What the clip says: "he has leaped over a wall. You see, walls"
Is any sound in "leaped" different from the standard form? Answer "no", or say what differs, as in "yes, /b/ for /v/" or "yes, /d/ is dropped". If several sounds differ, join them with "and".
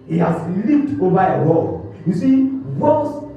no